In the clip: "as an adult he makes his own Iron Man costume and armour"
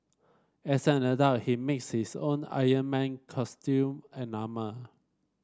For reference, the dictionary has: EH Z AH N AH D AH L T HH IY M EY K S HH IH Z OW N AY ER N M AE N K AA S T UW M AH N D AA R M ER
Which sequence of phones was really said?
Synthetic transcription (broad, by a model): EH S AH N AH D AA T HH IY M EY K S HH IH S OW N AY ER N M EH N K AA S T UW M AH N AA M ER